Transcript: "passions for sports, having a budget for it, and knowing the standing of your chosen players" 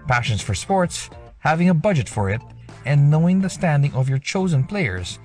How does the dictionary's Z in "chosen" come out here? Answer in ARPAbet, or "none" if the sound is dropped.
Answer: Z